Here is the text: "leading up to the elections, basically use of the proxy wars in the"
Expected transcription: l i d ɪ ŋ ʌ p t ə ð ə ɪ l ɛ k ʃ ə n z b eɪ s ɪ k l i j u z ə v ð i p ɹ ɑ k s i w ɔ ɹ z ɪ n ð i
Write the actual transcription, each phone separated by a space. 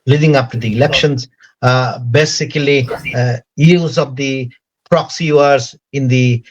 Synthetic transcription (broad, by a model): l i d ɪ ŋ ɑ f t ə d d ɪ l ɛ k ʃ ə n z b eɪ s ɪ k l i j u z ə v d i p ɹ ɑ k s i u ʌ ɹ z ɪ n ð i